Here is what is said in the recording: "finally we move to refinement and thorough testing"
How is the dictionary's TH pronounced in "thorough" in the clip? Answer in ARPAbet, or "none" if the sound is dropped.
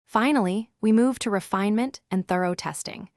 TH